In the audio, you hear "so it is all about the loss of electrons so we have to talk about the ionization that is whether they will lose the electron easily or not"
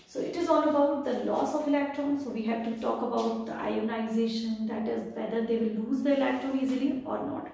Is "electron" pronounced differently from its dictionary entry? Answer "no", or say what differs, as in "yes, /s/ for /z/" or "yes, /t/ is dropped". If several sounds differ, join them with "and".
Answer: no